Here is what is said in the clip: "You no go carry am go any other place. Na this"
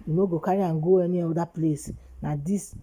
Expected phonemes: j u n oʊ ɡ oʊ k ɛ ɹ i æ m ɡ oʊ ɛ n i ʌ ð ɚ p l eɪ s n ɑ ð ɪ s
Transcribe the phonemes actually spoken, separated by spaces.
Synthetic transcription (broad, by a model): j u n oʊ ɡ oʊ k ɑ ɹ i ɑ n ɡ oʊ ɛ n i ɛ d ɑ p l eɪ s n ɑ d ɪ s